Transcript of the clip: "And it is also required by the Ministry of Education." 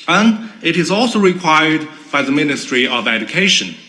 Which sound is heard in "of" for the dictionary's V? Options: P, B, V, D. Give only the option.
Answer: V